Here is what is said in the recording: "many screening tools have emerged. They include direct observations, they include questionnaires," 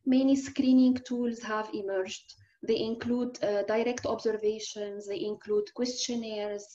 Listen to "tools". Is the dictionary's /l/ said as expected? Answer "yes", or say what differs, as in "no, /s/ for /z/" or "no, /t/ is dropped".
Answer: yes